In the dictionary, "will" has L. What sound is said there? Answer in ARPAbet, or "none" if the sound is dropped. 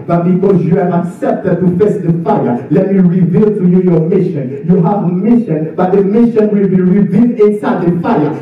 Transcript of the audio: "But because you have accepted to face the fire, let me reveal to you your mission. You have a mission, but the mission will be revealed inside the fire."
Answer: L